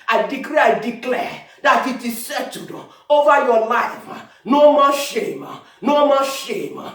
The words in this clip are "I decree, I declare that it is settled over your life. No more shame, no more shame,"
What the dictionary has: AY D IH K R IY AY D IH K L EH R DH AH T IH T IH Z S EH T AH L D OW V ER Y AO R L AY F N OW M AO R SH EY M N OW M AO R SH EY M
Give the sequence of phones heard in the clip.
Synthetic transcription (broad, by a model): AY D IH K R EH AY D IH K L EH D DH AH T IH T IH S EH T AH D OW V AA Y AO L AY F N OW M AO SH EY M N OW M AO SH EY M